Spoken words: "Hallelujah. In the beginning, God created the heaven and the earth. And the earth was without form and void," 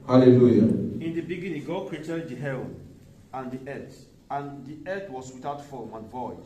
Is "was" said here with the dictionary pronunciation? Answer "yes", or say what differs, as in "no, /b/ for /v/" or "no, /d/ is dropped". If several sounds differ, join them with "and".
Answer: no, /s/ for /z/